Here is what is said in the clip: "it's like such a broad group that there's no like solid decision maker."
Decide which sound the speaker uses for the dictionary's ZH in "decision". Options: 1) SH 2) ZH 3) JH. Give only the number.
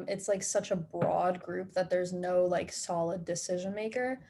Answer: 2